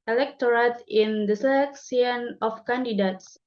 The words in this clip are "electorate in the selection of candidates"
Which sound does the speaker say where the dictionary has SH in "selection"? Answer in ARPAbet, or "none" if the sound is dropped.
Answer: S